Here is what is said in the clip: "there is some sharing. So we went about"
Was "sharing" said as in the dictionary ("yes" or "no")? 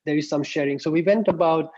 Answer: yes